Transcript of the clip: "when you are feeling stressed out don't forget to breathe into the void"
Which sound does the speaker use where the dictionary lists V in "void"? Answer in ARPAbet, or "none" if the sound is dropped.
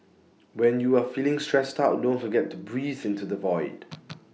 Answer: V